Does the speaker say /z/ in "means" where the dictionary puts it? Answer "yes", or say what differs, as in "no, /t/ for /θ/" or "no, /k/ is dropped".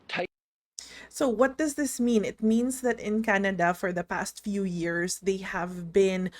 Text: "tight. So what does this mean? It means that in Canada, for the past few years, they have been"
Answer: no, /s/ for /z/